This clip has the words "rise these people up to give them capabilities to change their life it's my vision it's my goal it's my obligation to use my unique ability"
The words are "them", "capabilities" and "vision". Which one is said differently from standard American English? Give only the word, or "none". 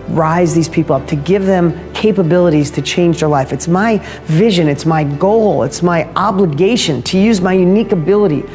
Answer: none